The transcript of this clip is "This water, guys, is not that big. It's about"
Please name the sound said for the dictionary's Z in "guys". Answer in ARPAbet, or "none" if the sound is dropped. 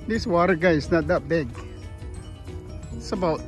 none